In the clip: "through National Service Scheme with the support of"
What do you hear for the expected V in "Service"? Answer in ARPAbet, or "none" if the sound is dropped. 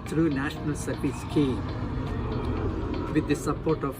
P